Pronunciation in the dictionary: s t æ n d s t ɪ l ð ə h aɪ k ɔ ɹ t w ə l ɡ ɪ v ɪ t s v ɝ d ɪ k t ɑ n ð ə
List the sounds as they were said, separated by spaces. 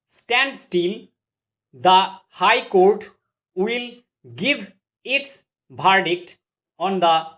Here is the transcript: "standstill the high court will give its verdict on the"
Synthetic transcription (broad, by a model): s t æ n d s t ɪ l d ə h aɪ k ɔ ɹ t w ə l ɡ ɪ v ɪ t s b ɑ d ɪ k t ɑ n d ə